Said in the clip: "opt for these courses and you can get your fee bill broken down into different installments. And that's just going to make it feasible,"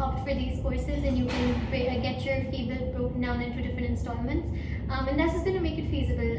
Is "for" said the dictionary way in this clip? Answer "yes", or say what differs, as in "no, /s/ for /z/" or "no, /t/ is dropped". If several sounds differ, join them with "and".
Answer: yes